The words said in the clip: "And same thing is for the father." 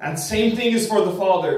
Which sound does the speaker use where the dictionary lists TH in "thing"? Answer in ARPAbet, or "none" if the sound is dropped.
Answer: TH